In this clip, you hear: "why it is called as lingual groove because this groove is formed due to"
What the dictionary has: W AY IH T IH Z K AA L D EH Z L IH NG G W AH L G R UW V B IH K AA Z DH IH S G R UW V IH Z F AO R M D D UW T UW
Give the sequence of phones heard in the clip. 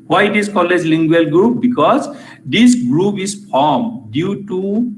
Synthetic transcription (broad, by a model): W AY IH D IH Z K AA L EH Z L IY NG G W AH L G R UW P B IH K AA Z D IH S G R UW P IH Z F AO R M D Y UW T UW